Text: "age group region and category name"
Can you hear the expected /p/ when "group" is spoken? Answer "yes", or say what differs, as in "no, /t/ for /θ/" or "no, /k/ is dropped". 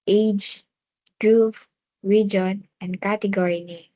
no, /f/ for /p/